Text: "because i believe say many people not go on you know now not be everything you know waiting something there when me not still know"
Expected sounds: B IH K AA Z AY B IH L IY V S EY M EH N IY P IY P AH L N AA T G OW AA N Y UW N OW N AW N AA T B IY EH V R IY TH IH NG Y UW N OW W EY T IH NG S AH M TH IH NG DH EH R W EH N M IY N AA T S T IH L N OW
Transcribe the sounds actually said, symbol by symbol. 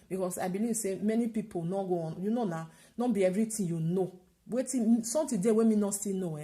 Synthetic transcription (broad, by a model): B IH K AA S AY B IH L IY V S EY M EH N IY P IY P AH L N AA G OW AA N Y UW N OW N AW N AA B IY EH V R IY T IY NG Y UW N OW W EY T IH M S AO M T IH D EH W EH M IY N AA S T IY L N OW